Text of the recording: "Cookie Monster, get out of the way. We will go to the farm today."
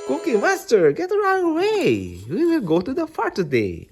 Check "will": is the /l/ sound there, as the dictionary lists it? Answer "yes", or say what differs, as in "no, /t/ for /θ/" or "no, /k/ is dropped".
yes